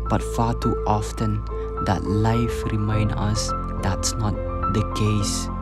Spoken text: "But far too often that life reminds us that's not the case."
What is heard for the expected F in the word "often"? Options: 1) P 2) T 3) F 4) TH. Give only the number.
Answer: 3